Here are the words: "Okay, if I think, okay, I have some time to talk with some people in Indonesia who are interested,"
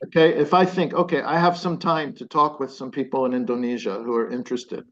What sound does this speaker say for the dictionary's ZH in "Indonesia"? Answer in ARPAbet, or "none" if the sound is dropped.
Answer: ZH